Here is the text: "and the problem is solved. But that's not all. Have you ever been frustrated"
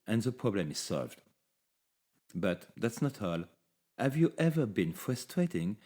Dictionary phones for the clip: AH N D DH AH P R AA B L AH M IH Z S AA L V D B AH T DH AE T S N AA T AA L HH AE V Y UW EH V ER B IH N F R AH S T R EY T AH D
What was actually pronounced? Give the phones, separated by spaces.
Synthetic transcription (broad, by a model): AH N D DH AH P R AA B L AH M IH Z S AA L V D B AH T DH AE T S N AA T AA L HH AE V Y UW EH V ER B IH N F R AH S T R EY T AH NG